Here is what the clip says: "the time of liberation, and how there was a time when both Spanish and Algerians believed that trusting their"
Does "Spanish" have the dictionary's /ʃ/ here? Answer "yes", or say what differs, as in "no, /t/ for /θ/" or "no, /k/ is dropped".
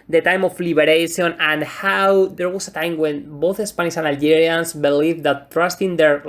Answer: no, /s/ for /ʃ/